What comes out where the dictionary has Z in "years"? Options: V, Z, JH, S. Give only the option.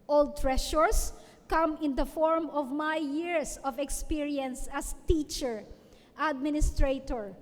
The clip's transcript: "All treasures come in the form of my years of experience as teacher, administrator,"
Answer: S